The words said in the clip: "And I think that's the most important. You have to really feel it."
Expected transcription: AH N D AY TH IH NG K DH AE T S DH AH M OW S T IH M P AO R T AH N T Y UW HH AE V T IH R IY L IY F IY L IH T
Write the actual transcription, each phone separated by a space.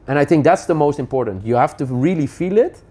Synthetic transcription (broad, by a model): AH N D AY TH IH NG K DH AE T S DH AH M OW S T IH M P AO R T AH N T Y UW HH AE F T IH R IY L IY F IY L IH T